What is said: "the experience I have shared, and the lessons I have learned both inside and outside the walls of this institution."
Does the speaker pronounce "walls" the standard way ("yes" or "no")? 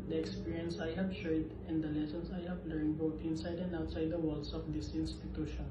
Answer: no